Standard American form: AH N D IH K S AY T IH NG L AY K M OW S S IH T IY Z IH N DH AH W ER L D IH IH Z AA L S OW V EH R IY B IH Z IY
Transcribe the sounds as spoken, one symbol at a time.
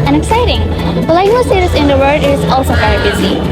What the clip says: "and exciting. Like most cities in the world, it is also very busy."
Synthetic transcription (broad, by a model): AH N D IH K S AY T IH NG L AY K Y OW S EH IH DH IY S IH N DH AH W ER D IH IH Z AA L S OW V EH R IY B IH Z IY